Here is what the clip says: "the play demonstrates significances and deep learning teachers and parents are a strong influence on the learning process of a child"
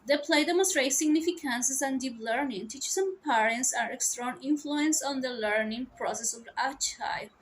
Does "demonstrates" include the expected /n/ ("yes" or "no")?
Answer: no